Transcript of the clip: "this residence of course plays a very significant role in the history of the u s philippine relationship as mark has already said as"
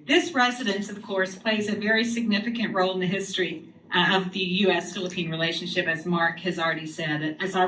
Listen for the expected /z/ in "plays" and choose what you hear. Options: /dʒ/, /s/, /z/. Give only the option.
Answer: /z/